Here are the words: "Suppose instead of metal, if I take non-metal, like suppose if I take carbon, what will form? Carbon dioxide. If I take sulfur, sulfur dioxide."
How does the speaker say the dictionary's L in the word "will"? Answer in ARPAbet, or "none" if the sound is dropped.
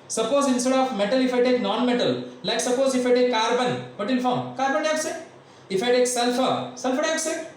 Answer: N